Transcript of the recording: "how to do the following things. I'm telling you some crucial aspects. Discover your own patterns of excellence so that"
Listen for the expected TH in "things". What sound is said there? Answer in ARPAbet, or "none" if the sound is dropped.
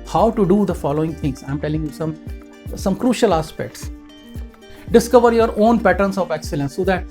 T